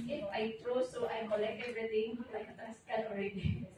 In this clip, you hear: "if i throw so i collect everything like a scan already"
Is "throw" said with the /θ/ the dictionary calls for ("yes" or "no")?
no